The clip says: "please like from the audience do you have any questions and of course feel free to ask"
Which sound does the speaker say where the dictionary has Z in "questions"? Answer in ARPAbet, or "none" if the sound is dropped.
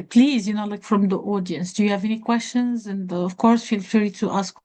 Z